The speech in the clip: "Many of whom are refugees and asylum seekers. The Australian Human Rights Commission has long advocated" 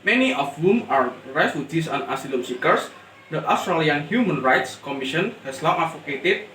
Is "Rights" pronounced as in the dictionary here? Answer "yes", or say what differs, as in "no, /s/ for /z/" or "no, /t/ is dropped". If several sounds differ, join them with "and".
yes